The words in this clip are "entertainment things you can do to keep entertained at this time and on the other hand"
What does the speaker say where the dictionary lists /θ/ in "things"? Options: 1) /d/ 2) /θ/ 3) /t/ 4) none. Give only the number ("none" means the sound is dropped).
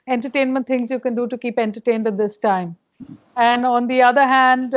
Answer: 3